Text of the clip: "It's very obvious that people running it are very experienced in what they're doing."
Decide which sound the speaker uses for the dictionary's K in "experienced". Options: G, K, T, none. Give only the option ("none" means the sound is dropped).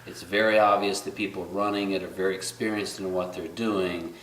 K